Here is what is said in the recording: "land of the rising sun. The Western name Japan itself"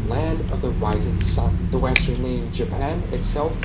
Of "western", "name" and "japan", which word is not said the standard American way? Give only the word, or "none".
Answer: name